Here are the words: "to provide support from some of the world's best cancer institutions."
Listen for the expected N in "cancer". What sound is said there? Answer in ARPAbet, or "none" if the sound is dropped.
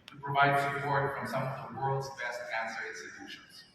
N